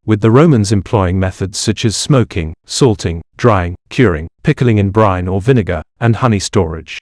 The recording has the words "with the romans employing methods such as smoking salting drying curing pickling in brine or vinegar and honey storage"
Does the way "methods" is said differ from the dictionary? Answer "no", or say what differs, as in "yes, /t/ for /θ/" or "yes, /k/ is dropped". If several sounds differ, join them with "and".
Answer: no